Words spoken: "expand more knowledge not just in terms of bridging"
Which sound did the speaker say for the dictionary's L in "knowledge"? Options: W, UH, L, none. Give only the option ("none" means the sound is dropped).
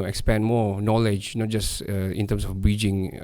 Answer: L